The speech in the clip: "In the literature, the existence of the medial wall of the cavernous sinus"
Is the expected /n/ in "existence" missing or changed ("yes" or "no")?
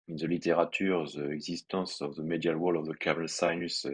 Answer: yes